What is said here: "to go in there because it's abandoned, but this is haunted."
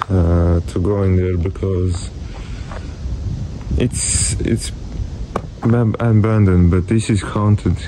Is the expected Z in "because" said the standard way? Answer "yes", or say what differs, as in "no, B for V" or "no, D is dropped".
yes